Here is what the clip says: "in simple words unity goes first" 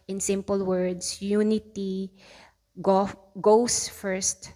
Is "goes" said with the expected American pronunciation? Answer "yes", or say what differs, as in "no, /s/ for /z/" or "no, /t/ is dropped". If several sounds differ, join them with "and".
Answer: no, /s/ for /z/